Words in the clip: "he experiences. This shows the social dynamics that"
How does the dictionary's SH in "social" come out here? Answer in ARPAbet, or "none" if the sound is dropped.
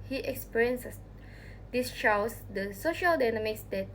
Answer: SH